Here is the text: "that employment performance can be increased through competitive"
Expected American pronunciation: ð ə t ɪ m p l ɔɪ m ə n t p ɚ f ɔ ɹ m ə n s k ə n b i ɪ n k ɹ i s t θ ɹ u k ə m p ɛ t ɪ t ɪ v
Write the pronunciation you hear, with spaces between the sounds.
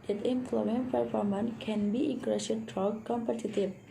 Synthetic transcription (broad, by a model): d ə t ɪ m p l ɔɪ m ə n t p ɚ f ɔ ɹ m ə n k ə n b i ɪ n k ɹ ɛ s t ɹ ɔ k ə m p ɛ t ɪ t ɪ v